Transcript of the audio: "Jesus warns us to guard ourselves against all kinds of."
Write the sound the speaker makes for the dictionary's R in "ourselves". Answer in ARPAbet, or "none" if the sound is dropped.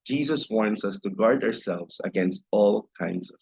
R